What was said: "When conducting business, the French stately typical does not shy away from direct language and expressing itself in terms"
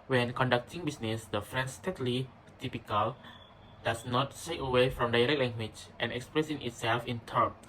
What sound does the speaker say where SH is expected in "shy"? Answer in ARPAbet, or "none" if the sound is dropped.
S